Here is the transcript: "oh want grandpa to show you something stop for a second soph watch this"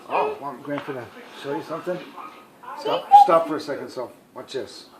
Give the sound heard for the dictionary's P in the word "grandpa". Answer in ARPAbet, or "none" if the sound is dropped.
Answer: F